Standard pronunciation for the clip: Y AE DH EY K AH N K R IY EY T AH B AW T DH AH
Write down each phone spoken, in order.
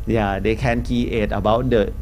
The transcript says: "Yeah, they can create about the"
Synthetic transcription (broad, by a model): Y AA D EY K AH N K IY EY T AH B AW T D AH